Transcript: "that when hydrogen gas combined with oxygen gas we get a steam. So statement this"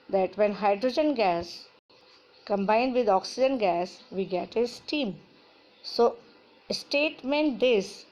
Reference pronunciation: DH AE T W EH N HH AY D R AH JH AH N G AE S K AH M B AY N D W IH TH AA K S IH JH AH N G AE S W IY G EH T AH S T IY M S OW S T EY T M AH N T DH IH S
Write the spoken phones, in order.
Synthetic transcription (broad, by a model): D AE T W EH N HH AY D R AH JH AH N G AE S K AH M B AY N D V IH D AA K S IH JH AH N G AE S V IY G EH T AH S T IY M S OW S T EY T M AH N T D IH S